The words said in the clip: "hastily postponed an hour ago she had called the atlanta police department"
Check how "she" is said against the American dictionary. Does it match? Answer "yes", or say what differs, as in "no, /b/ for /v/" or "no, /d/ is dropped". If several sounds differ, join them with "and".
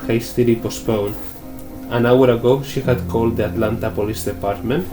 yes